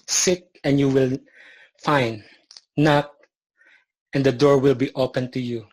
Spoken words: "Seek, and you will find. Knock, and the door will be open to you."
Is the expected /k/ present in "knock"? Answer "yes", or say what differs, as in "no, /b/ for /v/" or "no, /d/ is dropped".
yes